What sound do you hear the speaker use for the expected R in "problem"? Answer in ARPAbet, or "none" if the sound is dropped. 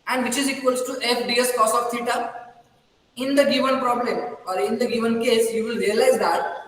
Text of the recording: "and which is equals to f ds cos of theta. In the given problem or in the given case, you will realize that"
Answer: R